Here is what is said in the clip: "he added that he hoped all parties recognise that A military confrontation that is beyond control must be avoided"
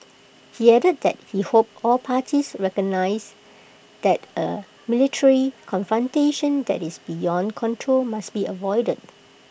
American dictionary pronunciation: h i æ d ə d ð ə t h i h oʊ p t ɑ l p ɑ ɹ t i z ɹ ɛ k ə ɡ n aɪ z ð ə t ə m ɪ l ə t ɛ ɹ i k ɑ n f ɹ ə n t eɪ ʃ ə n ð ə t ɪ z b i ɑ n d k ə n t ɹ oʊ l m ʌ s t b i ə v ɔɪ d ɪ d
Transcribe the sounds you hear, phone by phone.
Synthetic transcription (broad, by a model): h i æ d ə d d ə t h i h oʊ p ɑ l p ɑ t i s ɹ ɛ k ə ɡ n aɪ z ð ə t ə m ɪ l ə t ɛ ɹ i k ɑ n f ɹ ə n t eɪ ʃ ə n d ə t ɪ s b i ɑ n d k ə n t ɹ oʊ l m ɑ s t b i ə v ɔɪ d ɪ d